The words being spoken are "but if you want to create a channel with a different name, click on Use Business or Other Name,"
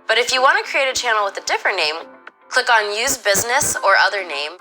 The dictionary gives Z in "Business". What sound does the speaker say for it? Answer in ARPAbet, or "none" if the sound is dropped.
Z